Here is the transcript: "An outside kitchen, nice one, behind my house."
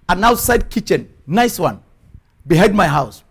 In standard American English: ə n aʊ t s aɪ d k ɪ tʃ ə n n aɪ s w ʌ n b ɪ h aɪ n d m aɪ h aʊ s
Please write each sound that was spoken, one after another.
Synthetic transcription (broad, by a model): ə n aʊ t s aɪ d k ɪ tʃ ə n n aɪ s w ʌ n b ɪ h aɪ d m aɪ h aʊ s